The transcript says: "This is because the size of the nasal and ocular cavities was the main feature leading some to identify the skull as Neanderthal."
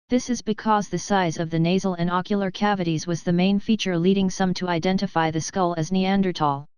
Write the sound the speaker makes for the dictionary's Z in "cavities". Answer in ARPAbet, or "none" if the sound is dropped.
Z